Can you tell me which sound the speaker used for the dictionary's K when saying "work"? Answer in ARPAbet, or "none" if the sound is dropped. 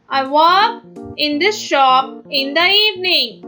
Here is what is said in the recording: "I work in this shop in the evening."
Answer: none